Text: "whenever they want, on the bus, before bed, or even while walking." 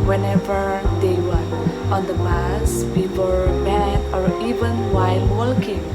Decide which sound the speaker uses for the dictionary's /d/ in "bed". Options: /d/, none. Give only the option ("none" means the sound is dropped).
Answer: none